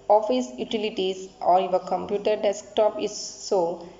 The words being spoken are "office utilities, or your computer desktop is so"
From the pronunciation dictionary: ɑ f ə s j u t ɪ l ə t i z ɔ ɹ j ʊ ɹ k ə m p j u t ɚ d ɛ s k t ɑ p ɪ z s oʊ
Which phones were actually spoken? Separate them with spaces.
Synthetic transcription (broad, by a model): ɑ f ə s j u t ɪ l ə t i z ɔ ɹ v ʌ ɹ k ə m p j u t ɚ d ɛ s k t ɑ p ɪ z s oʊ